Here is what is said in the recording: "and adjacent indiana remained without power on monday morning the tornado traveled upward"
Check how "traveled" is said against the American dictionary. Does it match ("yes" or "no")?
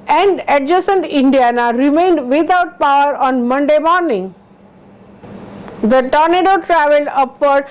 no